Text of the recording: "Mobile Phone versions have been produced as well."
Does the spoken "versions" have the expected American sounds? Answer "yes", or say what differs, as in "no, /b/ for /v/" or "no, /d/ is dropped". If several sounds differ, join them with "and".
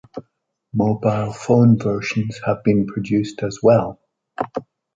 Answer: no, /ʃ/ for /ʒ/